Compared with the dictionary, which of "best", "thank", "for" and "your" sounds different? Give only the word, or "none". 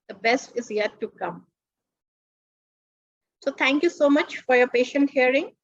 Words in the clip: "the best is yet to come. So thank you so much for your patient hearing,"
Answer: thank